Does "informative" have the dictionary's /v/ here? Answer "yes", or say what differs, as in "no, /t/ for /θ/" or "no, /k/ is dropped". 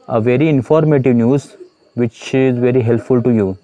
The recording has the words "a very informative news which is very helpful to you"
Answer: yes